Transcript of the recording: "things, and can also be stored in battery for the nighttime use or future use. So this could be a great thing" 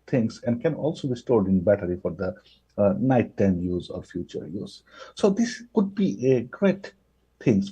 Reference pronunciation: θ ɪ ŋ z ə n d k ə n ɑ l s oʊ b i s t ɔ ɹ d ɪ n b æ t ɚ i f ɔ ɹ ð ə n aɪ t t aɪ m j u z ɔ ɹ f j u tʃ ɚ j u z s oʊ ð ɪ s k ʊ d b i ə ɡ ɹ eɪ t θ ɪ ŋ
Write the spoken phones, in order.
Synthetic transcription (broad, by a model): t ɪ ŋ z ə n d k ə n ɑ l s oʊ b i s t ɔ ɹ d ɪ n b æ t ɚ i f ɔ ɹ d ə n aɪ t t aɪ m j u z ɔ ɹ f j u tʃ ɚ j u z s oʊ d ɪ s k ʊ d b i ə ɡ ɹ eɪ t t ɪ ŋ